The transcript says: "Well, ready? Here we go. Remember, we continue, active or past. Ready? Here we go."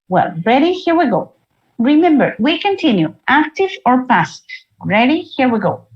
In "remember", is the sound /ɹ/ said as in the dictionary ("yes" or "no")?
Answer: yes